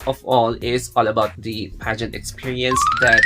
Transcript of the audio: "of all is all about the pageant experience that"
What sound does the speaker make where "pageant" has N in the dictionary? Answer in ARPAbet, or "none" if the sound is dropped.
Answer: N